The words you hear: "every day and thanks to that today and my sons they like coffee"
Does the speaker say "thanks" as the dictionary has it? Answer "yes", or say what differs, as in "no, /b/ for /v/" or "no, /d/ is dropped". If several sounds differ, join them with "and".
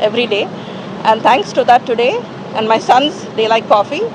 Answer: no, /t/ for /θ/